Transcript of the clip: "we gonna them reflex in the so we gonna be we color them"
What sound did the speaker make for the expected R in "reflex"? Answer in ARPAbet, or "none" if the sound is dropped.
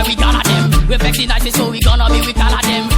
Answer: W